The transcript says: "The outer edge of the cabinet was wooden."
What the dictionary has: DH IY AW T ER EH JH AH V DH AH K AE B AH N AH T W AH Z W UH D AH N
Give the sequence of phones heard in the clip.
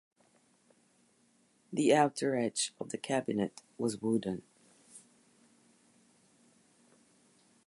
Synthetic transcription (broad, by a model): DH IY AW T ER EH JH AH V DH AH K AE B AH N AH T W AH Z W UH D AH N